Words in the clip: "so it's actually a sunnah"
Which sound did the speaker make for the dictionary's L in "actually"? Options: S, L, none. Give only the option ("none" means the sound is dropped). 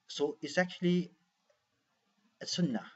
L